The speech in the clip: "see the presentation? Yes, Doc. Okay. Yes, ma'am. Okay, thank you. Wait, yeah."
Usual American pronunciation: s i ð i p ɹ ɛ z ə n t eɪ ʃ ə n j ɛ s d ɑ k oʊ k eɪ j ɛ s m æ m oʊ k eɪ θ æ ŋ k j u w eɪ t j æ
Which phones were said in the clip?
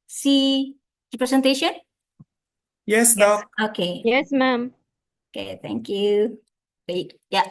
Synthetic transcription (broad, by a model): s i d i p ɹ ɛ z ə n t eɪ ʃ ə n j ɛ s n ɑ oʊ k eɪ j ɛ s m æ m oʊ k eɪ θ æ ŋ k j u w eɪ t j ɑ